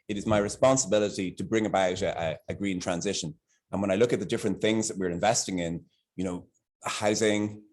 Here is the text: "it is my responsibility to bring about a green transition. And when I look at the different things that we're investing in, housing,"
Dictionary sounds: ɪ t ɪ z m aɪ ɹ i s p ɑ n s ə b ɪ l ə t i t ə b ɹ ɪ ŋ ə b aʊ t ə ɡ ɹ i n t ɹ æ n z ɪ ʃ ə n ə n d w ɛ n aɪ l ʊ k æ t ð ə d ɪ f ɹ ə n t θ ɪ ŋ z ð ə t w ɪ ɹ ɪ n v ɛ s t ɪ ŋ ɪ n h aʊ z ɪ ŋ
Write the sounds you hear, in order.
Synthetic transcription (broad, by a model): ɪ t ɪ z m aɪ ɹ i s p ɑ n s ə b ɪ l ə t i t ə b ɹ ɪ ŋ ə b aʊ t ə ɡ ɹ i n t ɹ æ n z ɪ ʃ ə n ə n w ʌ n aɪ l ʊ k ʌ t ð ə d ɪ f ɹ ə n θ ɪ ŋ z ð ə t w ɪ ɹ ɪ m v ɛ s t ɪ ŋ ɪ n h aʊ z ɪ ŋ